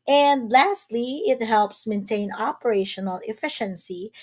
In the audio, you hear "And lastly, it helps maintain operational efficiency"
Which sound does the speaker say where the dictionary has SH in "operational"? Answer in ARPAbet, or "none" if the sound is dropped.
SH